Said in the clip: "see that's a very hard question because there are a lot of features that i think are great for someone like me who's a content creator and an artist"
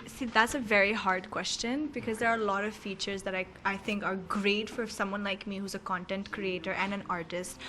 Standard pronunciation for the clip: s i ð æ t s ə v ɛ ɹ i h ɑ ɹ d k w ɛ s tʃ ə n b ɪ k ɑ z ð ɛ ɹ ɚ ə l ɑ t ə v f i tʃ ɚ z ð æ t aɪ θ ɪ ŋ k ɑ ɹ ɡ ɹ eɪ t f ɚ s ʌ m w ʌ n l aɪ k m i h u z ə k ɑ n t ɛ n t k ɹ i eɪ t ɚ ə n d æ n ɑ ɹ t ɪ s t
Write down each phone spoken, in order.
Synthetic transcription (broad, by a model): s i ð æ t s ə v ɛ ɹ i h ɑ ɹ d k w ɛ s tʃ ə n b ɪ k ɑ z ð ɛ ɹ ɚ ə l ɑ t ə v f i tʃ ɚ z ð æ t aɪ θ ɪ ŋ k ɑ ɹ ɡ ɹ eɪ t f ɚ s ʌ m w ʌ n l aɪ k m i h u z ə k ɑ n t ɛ n t k ɹ i eɪ t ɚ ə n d æ n ɑ ɹ t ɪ s t